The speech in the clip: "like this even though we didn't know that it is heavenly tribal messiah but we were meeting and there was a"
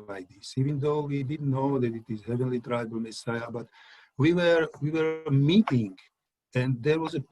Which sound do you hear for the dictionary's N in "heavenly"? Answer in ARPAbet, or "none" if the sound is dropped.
N